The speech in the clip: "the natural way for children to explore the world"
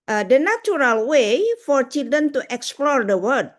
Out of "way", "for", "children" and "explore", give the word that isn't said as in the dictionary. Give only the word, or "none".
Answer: children